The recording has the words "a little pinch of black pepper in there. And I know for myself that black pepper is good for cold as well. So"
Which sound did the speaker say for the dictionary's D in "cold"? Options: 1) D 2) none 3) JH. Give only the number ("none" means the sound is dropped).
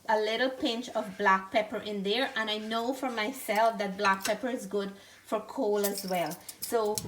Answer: 2